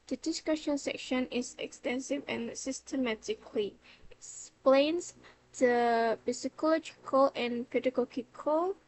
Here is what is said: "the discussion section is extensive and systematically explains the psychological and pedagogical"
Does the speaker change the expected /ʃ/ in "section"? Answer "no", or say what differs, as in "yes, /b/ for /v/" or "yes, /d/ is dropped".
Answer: no